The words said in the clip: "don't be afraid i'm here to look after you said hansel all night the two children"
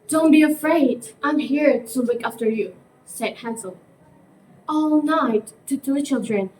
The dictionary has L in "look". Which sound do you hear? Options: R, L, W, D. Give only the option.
W